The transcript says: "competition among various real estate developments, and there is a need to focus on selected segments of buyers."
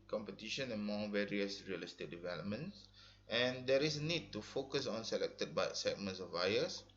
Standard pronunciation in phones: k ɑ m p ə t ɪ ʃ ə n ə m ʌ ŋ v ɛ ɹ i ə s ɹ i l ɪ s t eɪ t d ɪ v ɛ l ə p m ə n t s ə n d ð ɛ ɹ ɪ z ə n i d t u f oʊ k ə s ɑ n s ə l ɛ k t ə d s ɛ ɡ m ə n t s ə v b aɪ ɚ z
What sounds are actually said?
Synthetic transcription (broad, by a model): k ɑ m p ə t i ʃ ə n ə m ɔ ŋ v ɛ ɹ i ə s ɹ i l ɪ s t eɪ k d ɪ v ɛ l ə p m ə n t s ə n d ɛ ɹ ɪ s ə n i d t u f oʊ k ə s ɑ n s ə l ɛ k t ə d s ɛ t m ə n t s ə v aɪ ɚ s